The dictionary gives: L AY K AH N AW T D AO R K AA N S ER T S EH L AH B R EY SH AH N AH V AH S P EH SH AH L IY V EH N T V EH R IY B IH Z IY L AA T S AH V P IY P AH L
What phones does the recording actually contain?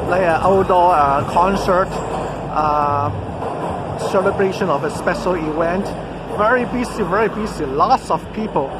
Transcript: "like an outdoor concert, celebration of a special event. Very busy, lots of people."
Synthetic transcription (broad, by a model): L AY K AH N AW D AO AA K AA N S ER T S EH L AH B R EY SH AH N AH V AH S P EH SH AH L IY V EH N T V EH R IY B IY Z IY L AA T S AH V P IY P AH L